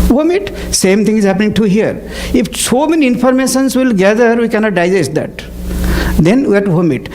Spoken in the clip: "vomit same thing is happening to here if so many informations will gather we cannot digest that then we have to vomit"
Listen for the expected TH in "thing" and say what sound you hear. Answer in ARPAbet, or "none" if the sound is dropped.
T